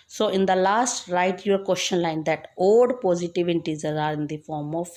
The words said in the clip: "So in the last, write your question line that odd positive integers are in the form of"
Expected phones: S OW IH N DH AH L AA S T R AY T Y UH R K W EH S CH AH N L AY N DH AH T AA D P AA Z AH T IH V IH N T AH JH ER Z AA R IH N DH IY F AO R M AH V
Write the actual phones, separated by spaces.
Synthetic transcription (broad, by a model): S OW IH N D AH L AA S T R AY T Y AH R K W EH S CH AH N L AY N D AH T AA D P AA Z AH T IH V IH T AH Z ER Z AA R IH N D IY F AO R M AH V